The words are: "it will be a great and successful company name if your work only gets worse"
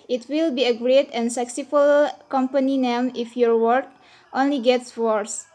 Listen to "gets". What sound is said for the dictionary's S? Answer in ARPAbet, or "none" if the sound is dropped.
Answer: S